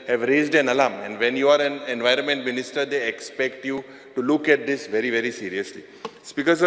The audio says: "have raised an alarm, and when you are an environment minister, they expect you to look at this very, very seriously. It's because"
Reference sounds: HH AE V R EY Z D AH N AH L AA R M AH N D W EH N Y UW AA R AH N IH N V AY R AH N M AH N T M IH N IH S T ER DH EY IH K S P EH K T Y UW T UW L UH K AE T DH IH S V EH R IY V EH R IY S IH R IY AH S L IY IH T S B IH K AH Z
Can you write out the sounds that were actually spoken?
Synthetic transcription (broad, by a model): HH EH V R EY Z D AH N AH L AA M AH N D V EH N Y UW AA R AH N IH N V AY R AH N M AH N T M IH N IH S T ER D EY IH K S P EH K T Y UW T UW L UH K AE T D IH S V EH R IY V EH R IY S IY R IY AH S L IY S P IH K AH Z